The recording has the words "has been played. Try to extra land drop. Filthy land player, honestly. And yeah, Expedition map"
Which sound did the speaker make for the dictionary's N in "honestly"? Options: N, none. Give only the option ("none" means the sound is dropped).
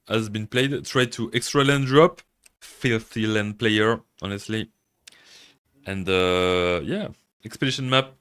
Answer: N